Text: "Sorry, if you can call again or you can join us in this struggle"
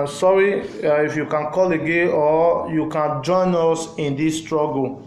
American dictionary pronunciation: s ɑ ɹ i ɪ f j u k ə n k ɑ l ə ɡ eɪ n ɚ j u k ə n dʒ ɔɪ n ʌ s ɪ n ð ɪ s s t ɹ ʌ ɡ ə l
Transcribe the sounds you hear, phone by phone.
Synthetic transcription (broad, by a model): s ɑ ɹ i ɪ f j u k ə n k ɑ l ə ɡ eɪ ɔ j u k ə n dʒ ɔɪ n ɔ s ɪ n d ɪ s s t ɹ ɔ ɡ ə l